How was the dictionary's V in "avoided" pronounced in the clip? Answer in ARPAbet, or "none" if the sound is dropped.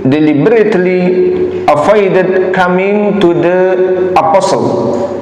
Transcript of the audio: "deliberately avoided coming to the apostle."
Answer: F